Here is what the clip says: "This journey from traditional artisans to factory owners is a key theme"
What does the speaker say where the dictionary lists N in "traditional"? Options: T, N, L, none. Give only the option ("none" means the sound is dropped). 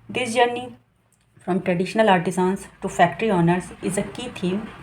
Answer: N